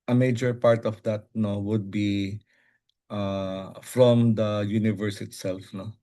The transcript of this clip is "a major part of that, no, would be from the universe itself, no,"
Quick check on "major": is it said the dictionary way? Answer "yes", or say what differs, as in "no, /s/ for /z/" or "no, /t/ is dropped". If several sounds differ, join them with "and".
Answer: yes